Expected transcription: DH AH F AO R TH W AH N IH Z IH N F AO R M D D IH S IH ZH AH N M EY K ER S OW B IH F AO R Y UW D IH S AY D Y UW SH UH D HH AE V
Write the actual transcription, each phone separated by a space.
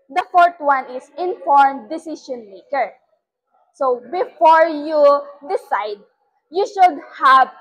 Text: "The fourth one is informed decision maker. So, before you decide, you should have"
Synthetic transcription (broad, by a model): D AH F AO R T W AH N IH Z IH N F AO R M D D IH S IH SH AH N M EY K ER S OW B IH F AO R Y UW D IH S AY D Y UW SH UH D HH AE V